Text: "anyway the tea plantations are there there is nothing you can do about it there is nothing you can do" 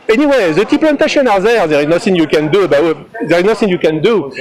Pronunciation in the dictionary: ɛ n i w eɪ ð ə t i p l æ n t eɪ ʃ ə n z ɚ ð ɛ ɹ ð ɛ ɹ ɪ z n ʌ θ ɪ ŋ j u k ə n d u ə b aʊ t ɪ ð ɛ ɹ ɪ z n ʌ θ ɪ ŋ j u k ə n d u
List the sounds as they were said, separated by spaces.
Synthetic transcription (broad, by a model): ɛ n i w eɪ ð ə t i p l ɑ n t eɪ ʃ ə n ɑ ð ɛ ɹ ð ɛ ɹ ɪ z n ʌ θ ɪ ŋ j u k ə n d u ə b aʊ ɪ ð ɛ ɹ ɪ z n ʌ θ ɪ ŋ j u k ə n d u